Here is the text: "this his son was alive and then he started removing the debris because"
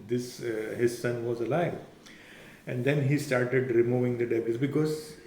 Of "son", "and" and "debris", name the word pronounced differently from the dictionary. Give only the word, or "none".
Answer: debris